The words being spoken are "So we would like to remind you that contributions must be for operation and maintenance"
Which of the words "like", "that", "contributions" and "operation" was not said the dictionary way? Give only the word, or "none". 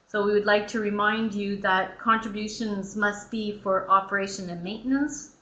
none